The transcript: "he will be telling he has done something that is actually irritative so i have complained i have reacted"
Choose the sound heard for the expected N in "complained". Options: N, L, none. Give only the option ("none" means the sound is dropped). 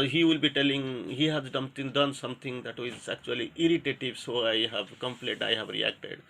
none